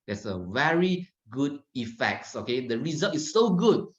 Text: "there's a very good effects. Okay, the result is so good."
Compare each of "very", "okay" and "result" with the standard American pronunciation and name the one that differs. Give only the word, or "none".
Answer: none